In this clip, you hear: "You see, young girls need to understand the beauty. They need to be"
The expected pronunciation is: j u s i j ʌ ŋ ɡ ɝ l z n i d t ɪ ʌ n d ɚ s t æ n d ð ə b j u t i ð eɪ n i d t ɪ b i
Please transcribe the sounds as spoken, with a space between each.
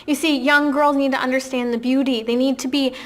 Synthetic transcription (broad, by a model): j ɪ s i j ʌ ŋ ɡ ɝ l z n i d t ɪ ʌ n d ɚ s t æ n ð ə b j u t i ð eɪ n i d t ɪ b i